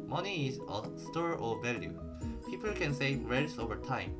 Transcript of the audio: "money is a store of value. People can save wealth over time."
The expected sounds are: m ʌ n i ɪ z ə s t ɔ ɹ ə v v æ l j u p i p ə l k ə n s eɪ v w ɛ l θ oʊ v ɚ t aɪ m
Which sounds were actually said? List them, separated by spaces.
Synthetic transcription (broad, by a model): m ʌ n i ɪ z ə s t ɔ ɹ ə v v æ l j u p i p ə l k ə n s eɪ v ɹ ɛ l s oʊ v ɚ t aɪ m